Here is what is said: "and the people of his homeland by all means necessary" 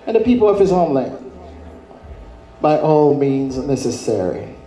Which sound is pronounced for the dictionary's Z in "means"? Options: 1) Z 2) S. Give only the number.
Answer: 1